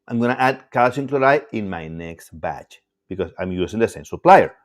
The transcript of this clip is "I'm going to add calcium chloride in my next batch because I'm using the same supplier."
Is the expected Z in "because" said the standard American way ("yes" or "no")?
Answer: no